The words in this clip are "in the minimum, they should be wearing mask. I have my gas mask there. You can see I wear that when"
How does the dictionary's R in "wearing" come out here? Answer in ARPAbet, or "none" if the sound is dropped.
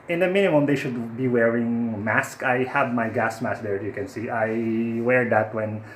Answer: R